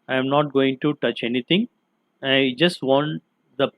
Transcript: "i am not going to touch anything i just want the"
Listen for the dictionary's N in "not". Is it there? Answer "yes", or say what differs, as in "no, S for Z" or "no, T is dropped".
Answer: yes